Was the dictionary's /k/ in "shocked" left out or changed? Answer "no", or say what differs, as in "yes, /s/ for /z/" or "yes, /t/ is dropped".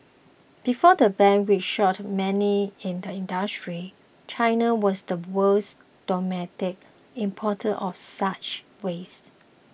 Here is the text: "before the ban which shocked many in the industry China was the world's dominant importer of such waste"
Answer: yes, /k/ is dropped